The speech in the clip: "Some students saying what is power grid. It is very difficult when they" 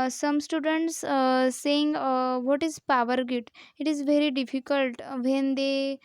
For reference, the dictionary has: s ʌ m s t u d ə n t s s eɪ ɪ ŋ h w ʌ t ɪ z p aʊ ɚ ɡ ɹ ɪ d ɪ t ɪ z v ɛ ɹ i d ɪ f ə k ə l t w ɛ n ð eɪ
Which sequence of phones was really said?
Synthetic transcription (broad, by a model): s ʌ m s t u d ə n t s s eɪ ɪ ŋ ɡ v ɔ t ɪ z p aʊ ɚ ɡ ɪ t ɪ t ɪ z v ɛ ɹ i d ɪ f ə k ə l t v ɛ n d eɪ